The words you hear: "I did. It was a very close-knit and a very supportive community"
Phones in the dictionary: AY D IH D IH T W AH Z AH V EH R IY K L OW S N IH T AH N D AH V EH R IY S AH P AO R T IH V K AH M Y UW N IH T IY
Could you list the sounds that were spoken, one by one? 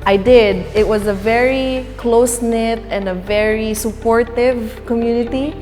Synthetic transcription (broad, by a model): AY D IH D IH T W AH Z AH V EH R IY K L OW S N IH T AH N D AH V EH R IY S AH P AO R T IH V K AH M Y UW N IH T IY